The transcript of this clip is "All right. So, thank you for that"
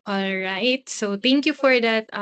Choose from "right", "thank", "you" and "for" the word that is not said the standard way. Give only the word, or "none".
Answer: thank